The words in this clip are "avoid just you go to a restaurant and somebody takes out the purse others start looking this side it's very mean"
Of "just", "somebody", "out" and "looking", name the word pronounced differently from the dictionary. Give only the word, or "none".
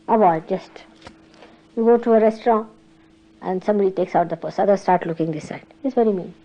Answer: none